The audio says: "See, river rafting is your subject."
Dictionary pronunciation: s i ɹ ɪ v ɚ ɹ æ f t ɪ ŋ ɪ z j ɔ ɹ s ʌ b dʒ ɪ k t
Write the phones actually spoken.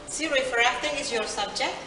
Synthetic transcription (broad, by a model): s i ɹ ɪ f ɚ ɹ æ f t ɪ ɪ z j ɔ ɹ s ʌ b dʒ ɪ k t